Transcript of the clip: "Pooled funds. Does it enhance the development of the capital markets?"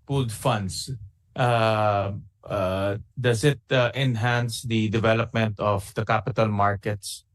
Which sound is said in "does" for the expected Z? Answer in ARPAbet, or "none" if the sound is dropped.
S